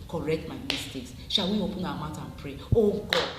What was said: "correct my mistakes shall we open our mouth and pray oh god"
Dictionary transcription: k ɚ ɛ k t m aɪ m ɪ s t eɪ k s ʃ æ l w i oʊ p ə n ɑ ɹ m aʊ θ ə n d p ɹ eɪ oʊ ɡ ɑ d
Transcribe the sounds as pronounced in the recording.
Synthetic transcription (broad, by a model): k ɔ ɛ k t m aɪ m ɪ s t eɪ k s ʃ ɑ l w i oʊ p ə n ɑ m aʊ t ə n p ɹ eɪ oʊ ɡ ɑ